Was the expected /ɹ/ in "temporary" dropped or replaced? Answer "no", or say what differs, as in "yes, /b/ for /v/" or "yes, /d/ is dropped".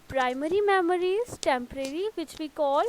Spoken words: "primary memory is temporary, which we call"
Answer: no